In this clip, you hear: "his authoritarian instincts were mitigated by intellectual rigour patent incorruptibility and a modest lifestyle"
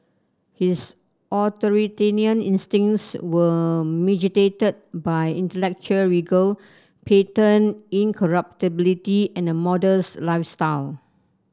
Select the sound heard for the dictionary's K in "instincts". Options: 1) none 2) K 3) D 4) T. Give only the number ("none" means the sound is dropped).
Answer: 1